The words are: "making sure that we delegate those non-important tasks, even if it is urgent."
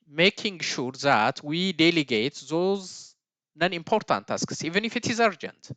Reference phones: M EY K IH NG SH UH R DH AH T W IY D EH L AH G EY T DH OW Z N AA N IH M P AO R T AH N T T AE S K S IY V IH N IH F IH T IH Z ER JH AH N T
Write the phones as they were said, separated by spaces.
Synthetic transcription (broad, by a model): M EY K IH NG SH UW R DH AH T W IY D EH L AH G EY T DH OW Z N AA N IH M P AO R T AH N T T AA S K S IY V IH N IH F IH T IH Z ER JH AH N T